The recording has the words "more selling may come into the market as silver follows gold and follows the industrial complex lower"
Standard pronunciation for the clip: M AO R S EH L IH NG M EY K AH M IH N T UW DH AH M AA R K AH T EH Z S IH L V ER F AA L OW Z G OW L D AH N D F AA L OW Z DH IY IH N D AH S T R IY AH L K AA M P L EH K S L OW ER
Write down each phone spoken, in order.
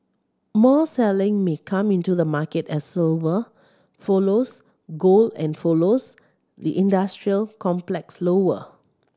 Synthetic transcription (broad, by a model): M AO S EH L IH NG M EY K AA M IH N T UW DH AH M AA K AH T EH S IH L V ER F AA L OW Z G OW L AH N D F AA L OW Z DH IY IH N D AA S T R IY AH L K AA M P L EH K S L OW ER